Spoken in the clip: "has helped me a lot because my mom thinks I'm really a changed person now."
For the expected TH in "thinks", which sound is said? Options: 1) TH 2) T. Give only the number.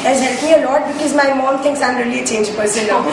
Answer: 2